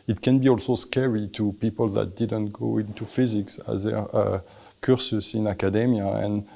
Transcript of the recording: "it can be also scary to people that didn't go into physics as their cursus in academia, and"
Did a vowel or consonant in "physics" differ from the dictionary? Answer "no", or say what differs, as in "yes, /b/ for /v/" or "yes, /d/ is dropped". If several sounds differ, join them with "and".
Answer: no